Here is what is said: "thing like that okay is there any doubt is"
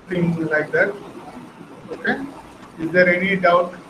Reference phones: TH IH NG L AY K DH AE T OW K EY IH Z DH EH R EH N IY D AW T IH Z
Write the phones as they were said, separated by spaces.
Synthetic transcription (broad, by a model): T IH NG L AY K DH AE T OW K EY IH Z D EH R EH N IY D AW IH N